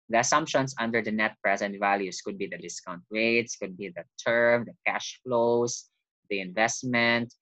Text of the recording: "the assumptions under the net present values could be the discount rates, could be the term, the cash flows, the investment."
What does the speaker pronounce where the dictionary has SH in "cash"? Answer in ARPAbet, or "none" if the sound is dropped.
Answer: SH